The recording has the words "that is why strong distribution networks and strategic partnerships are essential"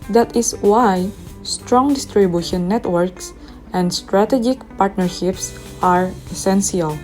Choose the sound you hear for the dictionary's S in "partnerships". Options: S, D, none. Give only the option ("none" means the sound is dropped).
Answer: S